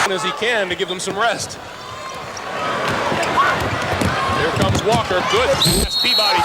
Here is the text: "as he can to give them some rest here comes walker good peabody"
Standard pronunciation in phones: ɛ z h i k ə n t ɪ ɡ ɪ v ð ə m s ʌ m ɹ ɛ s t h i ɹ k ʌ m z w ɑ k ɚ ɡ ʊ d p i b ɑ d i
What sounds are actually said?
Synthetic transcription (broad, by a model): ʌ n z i k ə n t ɪ ɡ ɪ v ð ə m s ʌ m ɹ ɛ s t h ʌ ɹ k ʌ m z w ɑ k ɚ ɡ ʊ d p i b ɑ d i